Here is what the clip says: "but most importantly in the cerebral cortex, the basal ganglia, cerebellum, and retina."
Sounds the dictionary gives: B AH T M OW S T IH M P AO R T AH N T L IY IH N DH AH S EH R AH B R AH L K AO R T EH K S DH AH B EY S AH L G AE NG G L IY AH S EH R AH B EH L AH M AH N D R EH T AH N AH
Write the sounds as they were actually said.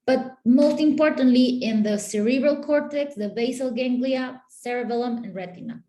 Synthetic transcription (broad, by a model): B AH T M OW S T IH M P AO R T AH N T L IY IH N DH AH S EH R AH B R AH L K AO R T EH K S DH AH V EY S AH L G AE NG G L IY AH S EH R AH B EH L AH M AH N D R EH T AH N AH